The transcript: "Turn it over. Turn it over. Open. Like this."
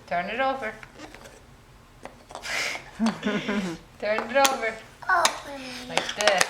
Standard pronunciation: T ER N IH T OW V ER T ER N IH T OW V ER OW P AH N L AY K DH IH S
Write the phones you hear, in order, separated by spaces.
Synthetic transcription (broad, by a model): T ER N IH T OW V ER T ER N IH T OW V ER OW AH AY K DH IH